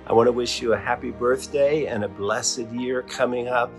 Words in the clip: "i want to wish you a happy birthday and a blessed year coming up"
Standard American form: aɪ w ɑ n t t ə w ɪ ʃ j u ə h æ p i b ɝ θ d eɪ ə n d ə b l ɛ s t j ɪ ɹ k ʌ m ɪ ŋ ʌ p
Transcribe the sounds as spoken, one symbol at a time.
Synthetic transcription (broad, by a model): aɪ w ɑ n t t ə w ɪ ʃ j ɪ ə h æ p i b ɝ θ d eɪ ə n ə b l ɛ s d j ɪ ɹ k ʌ m ɪ ŋ ʌ p